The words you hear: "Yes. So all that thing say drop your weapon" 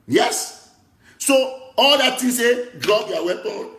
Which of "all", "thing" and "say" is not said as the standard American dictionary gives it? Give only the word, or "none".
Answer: thing